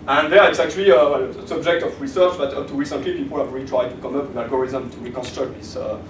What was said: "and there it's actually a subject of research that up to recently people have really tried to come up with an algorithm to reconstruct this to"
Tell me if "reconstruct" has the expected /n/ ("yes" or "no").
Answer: yes